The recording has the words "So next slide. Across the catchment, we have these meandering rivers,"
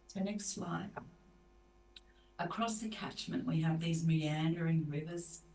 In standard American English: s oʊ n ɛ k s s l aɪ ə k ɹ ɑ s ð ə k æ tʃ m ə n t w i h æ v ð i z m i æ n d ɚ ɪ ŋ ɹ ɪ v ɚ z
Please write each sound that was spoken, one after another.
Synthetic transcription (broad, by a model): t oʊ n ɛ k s s l aɪ ə k ɹ ɑ s ð ə k æ tʃ m ə n t w i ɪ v ð i z m i æ n d ɚ ɪ ŋ ɹ ɪ v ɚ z